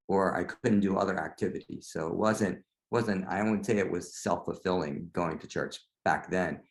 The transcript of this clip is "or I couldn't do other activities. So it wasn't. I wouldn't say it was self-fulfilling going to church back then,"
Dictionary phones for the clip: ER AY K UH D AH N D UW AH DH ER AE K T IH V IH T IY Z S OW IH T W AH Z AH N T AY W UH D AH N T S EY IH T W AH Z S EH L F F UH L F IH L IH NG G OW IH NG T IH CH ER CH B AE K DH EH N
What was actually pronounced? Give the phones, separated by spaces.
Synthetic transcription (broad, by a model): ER AY K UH D N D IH AH DH ER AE K T IH V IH T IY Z S OW IH T W AH Z AH N T W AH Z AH N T S EY IH T W AH Z S EH L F F UH L F IH L IH NG G OW IH NG T IH CH ER CH B AE K DH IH N